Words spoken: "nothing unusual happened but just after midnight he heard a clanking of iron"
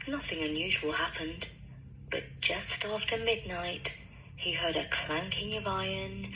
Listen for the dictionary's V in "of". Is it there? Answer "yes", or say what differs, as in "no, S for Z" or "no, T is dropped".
yes